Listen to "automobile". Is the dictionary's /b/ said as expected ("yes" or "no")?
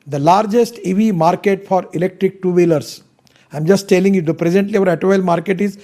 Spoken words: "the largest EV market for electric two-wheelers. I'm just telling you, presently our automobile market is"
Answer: no